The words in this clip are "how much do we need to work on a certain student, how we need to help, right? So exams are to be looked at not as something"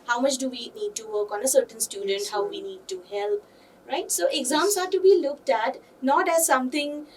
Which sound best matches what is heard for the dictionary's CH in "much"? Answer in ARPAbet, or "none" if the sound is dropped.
CH